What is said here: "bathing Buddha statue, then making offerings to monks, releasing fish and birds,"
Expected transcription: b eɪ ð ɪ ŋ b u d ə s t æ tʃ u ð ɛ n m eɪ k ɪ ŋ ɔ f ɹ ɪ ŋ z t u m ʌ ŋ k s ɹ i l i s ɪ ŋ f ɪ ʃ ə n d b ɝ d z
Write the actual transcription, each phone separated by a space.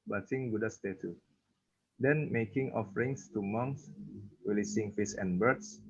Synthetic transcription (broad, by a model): b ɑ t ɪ ŋ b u d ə s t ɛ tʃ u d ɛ n m eɪ k ɪ ŋ ɔ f ɹ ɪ ŋ s t u m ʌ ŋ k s w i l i s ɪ ŋ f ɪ s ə n b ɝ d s